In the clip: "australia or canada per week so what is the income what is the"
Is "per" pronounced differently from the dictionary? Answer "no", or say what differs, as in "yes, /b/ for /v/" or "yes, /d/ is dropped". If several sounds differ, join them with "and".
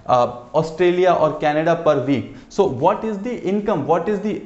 no